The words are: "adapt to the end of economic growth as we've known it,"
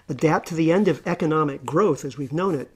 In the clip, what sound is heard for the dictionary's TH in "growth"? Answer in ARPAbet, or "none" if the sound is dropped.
TH